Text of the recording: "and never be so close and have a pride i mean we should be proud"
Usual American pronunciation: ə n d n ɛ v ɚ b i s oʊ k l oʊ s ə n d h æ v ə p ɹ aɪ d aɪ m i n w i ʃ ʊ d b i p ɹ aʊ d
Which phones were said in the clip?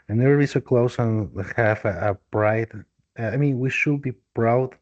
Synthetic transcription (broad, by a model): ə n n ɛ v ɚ b i s oʊ k l oʊ s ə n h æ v ə b ɹ aɪ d aɪ m i n w i ʃ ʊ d b i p ɹ aʊ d